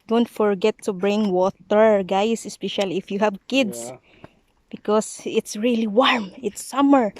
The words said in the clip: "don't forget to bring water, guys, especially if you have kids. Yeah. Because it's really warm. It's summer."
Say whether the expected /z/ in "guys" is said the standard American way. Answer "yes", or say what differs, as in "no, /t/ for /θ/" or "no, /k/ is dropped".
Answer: no, /s/ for /z/